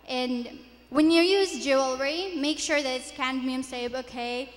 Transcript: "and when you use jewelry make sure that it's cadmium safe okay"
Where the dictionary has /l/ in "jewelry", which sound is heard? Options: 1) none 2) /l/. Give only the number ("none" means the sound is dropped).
2